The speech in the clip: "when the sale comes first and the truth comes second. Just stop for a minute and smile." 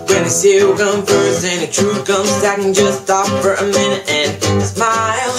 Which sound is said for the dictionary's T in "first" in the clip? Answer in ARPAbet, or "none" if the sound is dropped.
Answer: none